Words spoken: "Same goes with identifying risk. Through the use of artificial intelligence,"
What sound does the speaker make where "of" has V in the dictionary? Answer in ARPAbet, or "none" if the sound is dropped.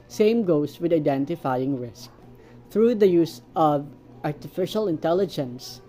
V